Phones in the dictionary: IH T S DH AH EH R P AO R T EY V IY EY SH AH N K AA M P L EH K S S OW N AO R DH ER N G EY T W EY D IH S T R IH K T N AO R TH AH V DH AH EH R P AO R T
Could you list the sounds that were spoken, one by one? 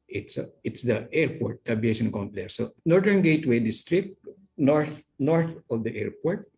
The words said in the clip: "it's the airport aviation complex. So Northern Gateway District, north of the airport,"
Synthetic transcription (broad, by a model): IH T S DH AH EH R P AO R T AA B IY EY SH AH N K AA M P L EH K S S OW N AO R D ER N G EY T W EY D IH S T R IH K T N AO R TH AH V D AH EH R P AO R T